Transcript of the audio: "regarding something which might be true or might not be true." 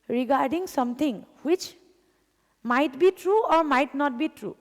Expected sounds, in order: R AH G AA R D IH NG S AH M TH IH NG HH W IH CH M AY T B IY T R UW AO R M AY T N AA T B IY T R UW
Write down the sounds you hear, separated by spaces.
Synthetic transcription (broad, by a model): R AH G AA R D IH NG S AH M T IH NG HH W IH CH M AY T B IY T R UW AO R M AY T N AA T B IY T R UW